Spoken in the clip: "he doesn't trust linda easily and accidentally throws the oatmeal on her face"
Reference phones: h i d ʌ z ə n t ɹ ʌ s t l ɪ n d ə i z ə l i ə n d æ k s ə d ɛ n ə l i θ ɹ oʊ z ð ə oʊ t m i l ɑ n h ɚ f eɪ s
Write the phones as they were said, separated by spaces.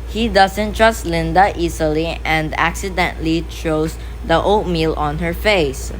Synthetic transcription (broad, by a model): h i d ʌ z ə n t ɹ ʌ s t l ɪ n d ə i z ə l i ə n d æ k s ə d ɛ n l i t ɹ oʊ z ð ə oʊ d m i l ɑ n h ɚ f eɪ s